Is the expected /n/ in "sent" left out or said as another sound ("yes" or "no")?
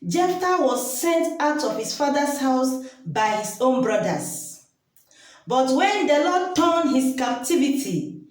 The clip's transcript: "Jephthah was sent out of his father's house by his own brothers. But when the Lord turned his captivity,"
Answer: no